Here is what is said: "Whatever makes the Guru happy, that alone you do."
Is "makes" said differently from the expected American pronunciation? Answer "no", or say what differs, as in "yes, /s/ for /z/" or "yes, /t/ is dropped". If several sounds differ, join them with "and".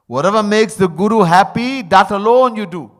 no